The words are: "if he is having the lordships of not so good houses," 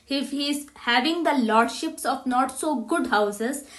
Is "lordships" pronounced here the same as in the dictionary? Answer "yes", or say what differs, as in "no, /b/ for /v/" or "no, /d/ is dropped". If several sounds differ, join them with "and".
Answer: yes